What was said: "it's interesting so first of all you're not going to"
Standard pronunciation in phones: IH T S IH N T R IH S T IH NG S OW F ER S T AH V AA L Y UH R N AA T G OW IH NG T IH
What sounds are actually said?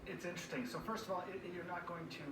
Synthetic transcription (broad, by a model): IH T S IH N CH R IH S T IH NG S OW F ER S T AH V AA L Y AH R N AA T G OW IH NG T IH